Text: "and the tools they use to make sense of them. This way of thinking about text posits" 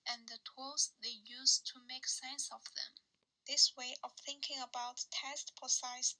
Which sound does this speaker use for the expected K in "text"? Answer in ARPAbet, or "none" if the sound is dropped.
none